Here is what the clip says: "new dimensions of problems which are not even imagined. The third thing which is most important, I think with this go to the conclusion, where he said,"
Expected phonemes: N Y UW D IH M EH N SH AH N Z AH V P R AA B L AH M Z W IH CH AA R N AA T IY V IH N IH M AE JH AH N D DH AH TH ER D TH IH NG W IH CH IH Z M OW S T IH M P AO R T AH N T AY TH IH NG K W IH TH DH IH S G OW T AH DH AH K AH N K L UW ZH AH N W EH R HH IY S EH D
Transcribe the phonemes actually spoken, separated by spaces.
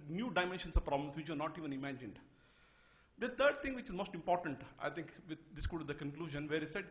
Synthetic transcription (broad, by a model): N Y UW D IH M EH N SH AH N S AH V P R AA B L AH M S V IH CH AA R N AA T IY V IH N IH M AE JH AH N D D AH T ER D T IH NG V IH CH IH Z M OW S T IH M P AO R T AH N T AY T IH NG K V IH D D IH S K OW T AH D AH K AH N K L UW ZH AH N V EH R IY S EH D